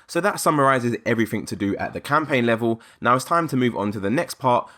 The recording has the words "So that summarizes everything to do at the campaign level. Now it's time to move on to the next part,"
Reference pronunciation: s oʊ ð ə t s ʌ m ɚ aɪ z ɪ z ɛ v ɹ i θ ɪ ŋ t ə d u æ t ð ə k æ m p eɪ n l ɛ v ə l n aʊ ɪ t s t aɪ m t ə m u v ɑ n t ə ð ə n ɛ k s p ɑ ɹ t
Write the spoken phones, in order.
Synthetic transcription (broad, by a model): s oʊ ð ə t s ʌ m ɚ aɪ z ɪ z ɛ v ɹ i θ ɪ ŋ t ə d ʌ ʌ t ð ə k æ m p eɪ n l ɛ v ə l n aʊ ɪ t s t aɪ m t ə m u v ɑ n t ə ð ə n ɛ k s p ɑ t